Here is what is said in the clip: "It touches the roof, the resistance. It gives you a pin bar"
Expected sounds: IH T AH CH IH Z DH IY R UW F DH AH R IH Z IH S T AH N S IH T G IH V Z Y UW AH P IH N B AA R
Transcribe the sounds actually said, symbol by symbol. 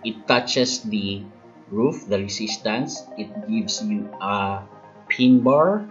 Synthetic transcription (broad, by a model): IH T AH CH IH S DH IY R UW F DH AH R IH S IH S T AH N S IH T G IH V S Y UW AH P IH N B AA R